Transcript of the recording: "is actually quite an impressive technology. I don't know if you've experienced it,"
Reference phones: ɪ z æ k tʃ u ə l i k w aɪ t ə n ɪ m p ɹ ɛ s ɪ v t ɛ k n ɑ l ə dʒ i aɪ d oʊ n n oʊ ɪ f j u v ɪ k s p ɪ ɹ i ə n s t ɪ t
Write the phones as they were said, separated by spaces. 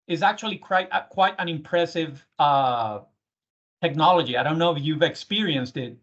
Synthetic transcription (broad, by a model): ɪ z æ k tʃ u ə w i k w aɪ t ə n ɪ m p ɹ ɛ s ɪ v t ɛ k n ɑ l ə dʒ i aɪ d oʊ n n oʊ ɪ f j u v ɪ k s p ɪ ɹ i ə n s t ɪ t